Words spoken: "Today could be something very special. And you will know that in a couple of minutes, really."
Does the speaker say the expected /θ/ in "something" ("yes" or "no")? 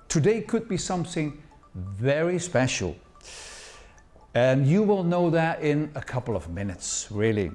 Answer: yes